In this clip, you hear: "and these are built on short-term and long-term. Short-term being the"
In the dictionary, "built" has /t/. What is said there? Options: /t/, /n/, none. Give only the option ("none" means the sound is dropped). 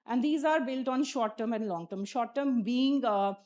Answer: /t/